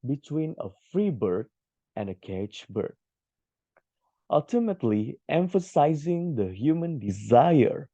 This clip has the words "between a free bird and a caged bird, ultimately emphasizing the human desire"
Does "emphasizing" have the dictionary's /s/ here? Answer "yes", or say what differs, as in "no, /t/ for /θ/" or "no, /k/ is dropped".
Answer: yes